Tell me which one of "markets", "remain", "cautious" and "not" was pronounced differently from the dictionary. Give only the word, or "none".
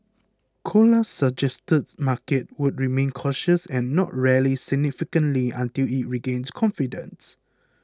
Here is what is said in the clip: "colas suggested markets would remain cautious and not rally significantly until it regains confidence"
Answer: markets